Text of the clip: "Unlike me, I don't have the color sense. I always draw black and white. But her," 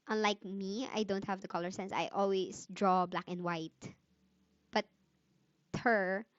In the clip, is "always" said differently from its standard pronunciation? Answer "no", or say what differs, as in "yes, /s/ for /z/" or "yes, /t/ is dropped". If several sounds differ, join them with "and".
yes, /s/ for /z/